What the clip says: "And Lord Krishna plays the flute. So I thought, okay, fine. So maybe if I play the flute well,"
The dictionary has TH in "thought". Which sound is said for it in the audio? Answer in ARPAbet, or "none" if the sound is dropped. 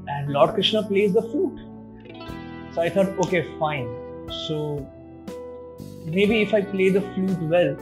T